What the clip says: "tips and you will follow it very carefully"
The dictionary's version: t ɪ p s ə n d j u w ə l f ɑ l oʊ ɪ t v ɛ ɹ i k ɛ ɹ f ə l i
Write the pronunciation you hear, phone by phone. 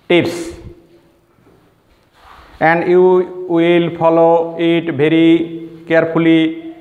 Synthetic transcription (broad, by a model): t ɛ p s ə n d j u w ə l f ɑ l oʊ ɪ t b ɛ ɹ i k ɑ ɹ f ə l i